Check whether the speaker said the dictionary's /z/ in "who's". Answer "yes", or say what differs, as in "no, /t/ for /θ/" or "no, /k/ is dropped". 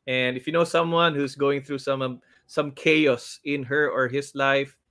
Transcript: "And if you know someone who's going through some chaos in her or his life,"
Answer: no, /s/ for /z/